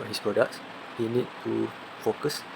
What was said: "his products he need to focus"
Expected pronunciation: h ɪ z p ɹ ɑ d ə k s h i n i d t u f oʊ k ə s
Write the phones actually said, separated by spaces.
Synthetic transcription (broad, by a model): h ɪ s p ɹ ɑ d ə k s h i n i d t u f oʊ k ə s